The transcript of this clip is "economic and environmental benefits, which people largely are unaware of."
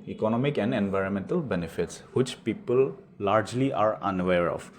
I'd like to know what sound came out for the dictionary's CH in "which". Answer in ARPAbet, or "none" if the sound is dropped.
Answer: CH